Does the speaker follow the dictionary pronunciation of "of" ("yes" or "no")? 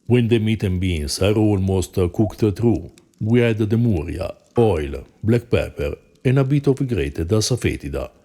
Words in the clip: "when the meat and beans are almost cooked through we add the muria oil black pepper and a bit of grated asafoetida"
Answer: no